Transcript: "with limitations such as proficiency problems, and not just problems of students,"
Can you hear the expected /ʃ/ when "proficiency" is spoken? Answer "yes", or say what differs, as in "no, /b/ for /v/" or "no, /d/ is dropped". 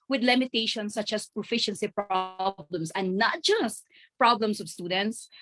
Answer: yes